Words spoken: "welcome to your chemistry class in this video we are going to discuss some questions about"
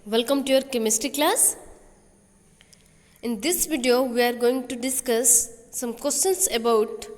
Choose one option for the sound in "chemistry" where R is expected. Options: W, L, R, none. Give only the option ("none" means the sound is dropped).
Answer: none